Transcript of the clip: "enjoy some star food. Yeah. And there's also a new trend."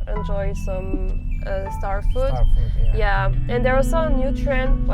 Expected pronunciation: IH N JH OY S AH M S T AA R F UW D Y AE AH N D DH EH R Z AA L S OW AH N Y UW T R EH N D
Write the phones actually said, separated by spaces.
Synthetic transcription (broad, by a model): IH N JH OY S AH M S T AA R F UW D Y AE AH N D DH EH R AA S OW AH N Y UW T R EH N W